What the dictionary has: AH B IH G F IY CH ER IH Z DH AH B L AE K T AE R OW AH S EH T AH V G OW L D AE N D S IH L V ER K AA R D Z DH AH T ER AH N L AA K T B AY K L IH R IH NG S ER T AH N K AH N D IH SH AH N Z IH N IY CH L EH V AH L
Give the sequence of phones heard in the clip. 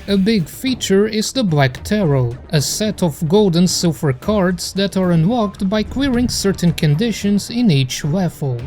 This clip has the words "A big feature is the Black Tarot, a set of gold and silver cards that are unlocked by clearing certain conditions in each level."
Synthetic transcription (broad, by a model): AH B IH G F IY CH ER IH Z DH AH B L AE K T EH R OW AH S EH T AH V G OW L D N S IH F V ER K AA R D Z DH AH T ER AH N W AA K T B AY K W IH R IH NG S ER T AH N K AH N D IH SH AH N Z IH N IY CH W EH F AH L